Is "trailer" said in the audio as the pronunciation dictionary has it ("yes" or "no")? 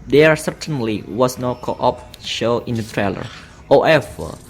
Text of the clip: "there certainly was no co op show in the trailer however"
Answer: yes